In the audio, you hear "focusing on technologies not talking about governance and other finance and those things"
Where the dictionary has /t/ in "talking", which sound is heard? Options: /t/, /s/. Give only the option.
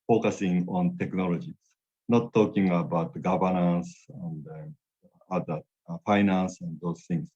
/t/